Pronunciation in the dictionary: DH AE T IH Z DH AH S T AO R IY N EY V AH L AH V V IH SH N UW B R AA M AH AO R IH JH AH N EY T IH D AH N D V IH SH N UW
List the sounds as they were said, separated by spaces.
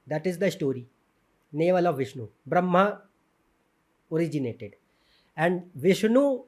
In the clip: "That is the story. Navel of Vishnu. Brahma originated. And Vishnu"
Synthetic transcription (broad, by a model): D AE T IH Z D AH S T AO R IY N EY V AH L AH V V IH SH N UW B R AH M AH AO R IH JH AH N EY T IH D AH N D V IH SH N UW